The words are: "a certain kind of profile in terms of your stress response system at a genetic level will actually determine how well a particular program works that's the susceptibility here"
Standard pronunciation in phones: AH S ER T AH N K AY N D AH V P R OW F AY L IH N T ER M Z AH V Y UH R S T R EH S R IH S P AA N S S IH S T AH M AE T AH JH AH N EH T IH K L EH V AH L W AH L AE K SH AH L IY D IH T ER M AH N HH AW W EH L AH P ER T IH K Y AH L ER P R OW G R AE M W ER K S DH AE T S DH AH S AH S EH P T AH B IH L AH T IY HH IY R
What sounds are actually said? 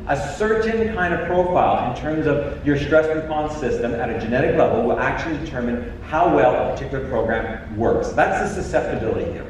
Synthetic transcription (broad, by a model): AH S ER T N K AY N D AH V P R OW F AY L IH N T ER M Z AH V Y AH R S T R EH S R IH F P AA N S S IH S T AH M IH T AH JH AH N EH T IH K L EH V L W AH L AE K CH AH L IY D IH T ER M AH N HH AW W EH L AH P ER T IH K Y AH L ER P R OW G R AE M W ER K S DH AE T S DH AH S AH S EH P T AH B IH L AH T IY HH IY R